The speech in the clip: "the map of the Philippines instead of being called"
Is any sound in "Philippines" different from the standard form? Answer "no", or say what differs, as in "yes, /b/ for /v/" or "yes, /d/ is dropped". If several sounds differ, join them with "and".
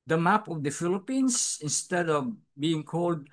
yes, /s/ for /z/